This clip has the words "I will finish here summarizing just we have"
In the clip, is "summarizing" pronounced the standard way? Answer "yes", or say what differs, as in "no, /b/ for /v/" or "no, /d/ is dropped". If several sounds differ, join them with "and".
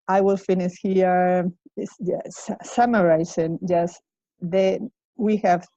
no, /s/ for /z/